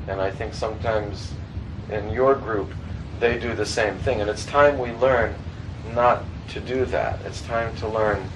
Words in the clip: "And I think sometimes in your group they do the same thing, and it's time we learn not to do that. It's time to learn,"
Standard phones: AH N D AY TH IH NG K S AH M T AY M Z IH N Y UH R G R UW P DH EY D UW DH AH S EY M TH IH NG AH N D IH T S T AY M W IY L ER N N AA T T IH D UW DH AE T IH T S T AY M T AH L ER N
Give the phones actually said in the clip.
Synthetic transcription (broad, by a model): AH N AY TH IH NG K S AH M T AY M Z IH N Y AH R G R UW P DH EY D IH DH AH S EY M TH IH NG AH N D IH T S T AY M W IY L ER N N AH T T IH D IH DH AE T IH T S T AY M T AH L ER N